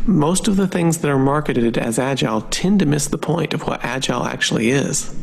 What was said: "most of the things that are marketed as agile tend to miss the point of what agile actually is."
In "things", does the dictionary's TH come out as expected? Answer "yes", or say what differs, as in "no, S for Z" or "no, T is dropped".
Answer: yes